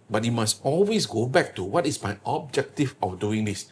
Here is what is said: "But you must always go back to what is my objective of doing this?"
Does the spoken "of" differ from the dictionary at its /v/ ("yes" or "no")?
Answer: yes